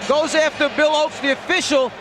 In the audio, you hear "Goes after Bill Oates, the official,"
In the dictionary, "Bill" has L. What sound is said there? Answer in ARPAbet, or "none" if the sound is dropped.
L